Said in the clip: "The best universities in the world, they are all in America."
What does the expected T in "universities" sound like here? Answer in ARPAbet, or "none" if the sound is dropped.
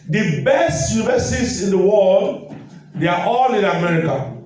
S